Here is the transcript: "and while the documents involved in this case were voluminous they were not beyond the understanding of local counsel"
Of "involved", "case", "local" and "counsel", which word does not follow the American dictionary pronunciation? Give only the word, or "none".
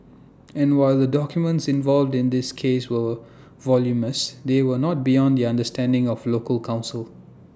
none